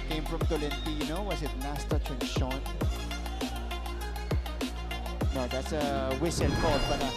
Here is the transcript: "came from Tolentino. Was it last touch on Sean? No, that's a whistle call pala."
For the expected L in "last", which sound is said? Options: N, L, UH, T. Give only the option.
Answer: N